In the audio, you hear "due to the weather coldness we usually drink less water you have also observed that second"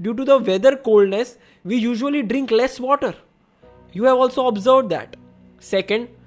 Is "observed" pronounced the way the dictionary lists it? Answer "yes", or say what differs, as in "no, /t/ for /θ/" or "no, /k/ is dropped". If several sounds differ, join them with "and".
yes